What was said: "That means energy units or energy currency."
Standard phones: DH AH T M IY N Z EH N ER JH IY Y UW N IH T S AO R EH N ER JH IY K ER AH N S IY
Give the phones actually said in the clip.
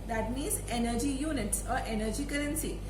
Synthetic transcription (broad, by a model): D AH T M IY Z EH N ER JH IY Y UW N IH T S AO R EH N ER JH IY K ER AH N S IY